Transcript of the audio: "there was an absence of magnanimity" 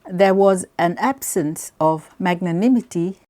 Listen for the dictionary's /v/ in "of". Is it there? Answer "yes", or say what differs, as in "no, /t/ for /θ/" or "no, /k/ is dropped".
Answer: yes